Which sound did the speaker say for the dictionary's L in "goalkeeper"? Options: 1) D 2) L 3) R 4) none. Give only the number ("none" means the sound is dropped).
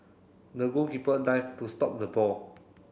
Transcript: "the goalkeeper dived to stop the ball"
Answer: 4